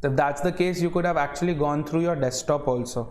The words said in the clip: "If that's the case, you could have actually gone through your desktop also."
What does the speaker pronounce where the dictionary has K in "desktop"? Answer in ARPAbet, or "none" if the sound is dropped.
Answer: none